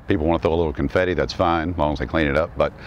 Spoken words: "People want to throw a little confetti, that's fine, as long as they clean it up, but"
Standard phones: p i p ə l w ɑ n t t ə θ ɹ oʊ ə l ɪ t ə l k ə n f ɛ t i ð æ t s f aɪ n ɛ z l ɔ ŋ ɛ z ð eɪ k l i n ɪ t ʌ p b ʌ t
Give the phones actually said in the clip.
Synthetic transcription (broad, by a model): p i p l w ɑ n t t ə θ oʊ ə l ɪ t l k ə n f ɛ t i ð æ t s f aɪ n l ɔ ŋ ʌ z ð eɪ k l i n ɪ t ʌ p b ʌ t